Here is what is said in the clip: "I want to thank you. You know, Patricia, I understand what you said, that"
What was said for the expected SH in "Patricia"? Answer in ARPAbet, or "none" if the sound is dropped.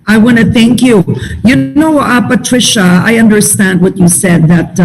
SH